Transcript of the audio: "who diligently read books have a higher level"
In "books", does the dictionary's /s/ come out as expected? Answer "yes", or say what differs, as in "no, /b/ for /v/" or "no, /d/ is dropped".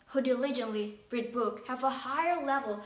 no, /s/ is dropped